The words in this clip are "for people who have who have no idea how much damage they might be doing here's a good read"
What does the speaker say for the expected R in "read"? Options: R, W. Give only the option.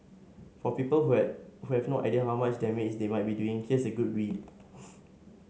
W